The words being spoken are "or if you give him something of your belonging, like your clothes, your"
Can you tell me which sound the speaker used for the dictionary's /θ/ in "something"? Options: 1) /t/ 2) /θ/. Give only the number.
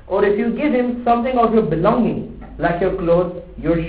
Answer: 1